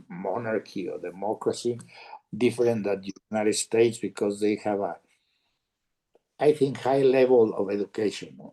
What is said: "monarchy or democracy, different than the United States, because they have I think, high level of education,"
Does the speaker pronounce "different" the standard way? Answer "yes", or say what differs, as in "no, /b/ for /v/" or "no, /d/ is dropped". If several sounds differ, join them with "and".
no, /ɹ/ is dropped and /n/ is dropped